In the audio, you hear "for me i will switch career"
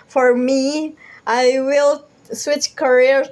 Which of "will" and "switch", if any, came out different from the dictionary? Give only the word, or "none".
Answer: none